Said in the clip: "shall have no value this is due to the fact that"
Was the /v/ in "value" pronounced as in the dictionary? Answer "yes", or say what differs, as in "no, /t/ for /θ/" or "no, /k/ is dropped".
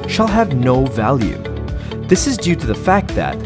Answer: yes